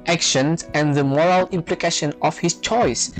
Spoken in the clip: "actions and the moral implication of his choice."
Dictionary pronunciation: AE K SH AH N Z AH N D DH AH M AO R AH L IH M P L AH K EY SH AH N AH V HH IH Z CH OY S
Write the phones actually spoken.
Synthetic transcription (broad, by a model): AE K SH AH N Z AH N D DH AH M AO R AH L IH M P L AH K EY SH AH N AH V HH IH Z CH OY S